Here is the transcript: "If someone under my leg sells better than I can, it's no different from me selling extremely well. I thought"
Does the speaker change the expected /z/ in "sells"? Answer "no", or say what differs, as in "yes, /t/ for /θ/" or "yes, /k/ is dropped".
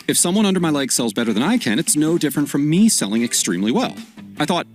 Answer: no